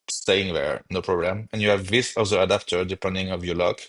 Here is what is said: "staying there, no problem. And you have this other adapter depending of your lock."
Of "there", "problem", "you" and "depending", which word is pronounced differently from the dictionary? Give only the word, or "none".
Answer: none